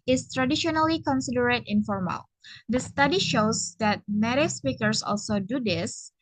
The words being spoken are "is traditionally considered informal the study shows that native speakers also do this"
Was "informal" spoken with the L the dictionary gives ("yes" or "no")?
yes